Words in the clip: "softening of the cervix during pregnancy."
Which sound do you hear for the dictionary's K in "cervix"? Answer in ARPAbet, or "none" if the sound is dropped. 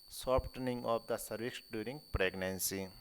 none